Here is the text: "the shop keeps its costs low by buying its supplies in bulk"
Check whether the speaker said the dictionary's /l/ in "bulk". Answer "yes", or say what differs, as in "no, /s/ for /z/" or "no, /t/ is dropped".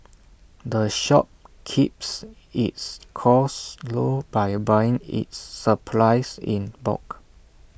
no, /l/ is dropped